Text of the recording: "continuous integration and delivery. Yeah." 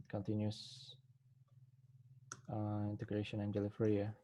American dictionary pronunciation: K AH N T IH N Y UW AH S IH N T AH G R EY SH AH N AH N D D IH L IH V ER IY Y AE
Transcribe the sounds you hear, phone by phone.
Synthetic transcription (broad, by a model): K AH N T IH N Y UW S IH N T AH G R EY SH AH N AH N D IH L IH F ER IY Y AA